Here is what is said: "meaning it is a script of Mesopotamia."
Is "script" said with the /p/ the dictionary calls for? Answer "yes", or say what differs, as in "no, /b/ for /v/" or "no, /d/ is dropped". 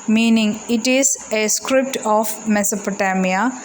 yes